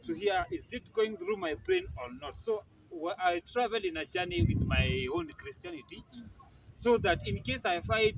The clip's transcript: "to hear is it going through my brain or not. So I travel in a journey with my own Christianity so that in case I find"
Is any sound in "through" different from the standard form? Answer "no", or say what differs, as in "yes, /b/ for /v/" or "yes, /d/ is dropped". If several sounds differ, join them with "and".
no